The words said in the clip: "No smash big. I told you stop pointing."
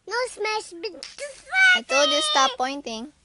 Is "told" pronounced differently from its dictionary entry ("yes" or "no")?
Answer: yes